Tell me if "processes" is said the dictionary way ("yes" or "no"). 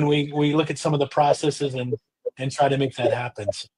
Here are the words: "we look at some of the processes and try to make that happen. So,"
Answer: yes